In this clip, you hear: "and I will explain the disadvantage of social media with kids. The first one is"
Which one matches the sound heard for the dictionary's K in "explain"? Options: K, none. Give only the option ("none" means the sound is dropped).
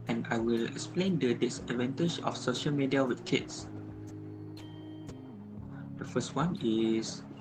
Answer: K